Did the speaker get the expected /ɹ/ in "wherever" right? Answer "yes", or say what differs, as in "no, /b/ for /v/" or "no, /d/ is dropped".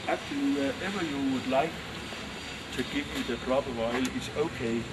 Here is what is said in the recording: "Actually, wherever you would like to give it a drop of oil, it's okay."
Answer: no, /ɹ/ is dropped